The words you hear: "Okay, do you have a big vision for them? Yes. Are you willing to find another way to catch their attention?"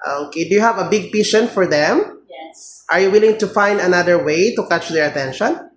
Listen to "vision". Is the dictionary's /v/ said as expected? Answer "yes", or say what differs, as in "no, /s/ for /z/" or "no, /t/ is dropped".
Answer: no, /p/ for /v/